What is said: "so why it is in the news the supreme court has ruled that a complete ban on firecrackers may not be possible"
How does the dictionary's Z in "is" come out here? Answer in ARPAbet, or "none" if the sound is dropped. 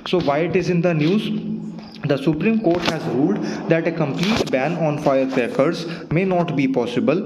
Z